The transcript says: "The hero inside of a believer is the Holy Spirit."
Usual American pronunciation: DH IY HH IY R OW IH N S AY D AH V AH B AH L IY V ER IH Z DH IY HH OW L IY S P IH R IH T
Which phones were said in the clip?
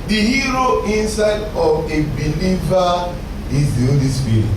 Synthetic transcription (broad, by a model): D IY HH IY R OW IH N S AY D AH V AH B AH L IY V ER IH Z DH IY HH OW L IY S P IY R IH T